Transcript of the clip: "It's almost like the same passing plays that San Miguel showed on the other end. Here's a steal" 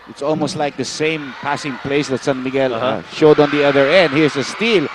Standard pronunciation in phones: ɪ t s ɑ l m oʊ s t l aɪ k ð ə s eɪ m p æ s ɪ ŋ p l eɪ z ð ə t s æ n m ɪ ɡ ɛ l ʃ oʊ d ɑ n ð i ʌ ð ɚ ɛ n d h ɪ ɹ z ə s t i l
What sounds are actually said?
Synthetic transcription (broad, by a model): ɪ t s ɑ l m oʊ s t l aɪ k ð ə s eɪ m p æ s ɪ ŋ p l eɪ s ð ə t s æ n m ɪ ɡ ɛ l ʃ oʊ d ɑ n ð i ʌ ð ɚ ɛ n d h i ɹ s ə s t i l